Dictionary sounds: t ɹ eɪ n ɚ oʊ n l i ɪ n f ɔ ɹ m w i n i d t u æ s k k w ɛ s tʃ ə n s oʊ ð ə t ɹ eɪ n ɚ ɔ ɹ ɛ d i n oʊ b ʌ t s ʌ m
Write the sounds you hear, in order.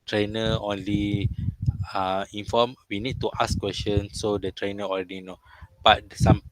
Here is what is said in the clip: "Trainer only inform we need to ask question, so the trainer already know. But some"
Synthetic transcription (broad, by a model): t ɹ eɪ n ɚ oʊ n l i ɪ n f ɔ m w i n i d t u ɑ s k k w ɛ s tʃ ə n s oʊ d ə t ɹ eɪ n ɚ ɔ l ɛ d i n oʊ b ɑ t s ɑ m